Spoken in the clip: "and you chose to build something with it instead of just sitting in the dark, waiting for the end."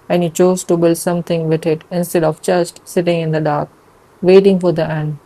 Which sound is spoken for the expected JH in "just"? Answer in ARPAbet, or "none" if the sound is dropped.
CH